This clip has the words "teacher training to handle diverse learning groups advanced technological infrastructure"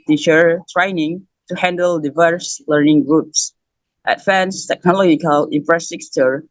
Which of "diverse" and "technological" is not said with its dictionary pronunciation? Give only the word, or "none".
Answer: none